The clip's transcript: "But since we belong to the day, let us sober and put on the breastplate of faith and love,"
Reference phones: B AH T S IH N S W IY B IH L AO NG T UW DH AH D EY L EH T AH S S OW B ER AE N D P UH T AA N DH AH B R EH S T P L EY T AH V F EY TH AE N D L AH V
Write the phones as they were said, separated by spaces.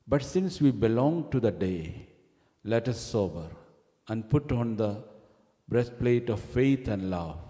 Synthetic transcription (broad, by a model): B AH T S IH N S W IY B IH L AO NG T UW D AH D EY L EH T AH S S OW B ER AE N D P UH T AA N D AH B R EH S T P L EY T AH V F EY T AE N D L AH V